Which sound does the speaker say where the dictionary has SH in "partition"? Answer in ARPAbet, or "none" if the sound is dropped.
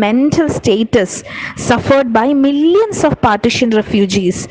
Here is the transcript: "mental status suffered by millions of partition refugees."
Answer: SH